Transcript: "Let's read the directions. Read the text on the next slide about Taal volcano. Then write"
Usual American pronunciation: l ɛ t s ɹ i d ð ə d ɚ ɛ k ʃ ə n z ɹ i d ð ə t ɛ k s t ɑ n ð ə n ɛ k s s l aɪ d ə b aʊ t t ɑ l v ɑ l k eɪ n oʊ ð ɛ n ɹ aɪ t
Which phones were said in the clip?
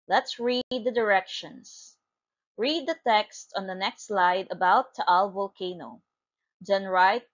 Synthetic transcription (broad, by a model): l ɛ t s ɹ i d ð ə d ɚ ɛ k ʃ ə n s ɹ i d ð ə t ɛ k s t ɑ n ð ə n ɛ k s s l aɪ d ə b aʊ t t ɑ l v ɑ l k eɪ n oʊ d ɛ n ɹ aɪ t